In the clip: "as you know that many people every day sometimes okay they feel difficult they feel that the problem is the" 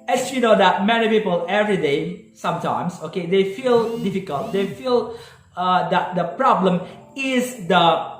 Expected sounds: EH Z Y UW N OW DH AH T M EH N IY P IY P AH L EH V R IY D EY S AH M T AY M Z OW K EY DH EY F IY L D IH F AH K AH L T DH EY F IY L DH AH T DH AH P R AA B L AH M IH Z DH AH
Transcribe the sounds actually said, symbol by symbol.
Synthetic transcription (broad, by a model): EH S Y UW N OW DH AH T M EH N IY P IY P AH L EH V R IY D EY S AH M T AY M S OW K EY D EY F IY L D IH F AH K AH L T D EY F IY L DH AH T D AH P R AA B L AH M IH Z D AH